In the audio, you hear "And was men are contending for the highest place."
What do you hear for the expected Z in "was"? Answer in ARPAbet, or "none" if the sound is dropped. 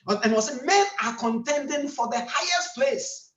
S